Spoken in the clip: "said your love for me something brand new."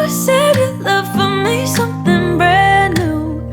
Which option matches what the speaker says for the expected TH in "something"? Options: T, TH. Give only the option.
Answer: TH